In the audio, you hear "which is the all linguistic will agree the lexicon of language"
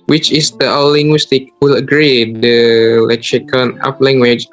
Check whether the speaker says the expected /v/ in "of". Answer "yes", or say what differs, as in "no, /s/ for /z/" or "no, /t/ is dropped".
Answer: no, /p/ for /v/